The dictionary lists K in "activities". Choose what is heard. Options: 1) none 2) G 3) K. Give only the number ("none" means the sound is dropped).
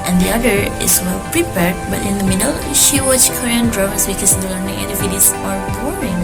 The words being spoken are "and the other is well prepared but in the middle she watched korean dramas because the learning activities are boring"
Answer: 1